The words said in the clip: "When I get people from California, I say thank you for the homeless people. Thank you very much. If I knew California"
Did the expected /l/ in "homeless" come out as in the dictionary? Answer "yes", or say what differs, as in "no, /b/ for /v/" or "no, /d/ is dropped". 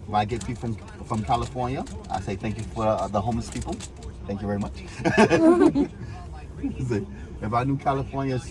no, /l/ is dropped